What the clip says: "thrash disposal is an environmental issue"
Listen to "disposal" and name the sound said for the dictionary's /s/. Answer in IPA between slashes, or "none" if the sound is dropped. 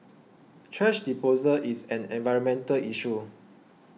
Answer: none